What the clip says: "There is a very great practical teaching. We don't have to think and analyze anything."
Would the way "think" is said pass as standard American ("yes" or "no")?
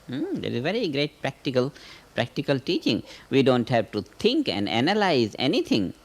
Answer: no